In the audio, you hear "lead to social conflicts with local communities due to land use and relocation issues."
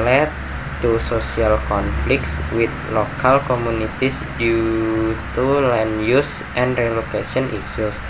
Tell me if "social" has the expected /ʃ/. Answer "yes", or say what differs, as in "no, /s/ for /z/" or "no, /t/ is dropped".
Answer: no, /s/ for /ʃ/